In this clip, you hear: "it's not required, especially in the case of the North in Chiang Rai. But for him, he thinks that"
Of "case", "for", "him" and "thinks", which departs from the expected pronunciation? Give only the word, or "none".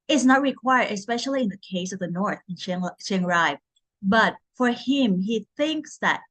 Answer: none